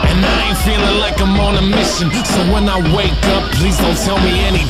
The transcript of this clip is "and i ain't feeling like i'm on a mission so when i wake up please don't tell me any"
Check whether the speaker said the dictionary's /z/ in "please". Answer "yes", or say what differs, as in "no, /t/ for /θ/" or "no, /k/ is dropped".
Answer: yes